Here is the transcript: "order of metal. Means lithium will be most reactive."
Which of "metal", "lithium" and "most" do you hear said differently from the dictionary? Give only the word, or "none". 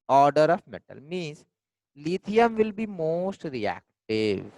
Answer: lithium